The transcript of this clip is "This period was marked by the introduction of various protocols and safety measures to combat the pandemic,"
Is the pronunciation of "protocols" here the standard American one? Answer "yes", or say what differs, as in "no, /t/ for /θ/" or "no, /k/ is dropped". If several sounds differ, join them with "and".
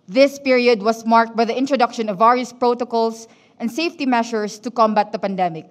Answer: no, /s/ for /z/